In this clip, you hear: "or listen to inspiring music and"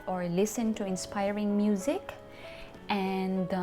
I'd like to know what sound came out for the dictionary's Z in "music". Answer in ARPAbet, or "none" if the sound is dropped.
Z